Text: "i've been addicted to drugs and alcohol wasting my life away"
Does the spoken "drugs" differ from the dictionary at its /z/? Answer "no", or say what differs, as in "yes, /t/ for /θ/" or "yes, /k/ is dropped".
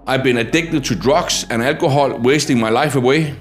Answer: yes, /s/ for /z/